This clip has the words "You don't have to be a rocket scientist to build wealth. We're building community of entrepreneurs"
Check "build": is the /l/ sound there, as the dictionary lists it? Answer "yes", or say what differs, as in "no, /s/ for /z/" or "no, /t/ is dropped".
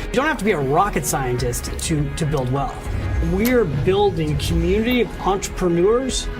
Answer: yes